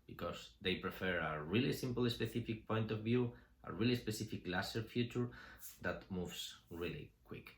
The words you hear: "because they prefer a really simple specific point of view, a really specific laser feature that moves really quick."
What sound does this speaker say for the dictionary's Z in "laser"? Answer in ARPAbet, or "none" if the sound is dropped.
S